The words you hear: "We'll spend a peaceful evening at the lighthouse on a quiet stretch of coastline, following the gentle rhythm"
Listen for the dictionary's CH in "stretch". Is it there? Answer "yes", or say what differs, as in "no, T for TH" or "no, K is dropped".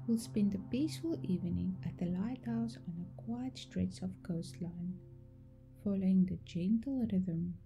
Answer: no, S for CH